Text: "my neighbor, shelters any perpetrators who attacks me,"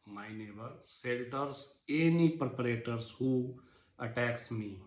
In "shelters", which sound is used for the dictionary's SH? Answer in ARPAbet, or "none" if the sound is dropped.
S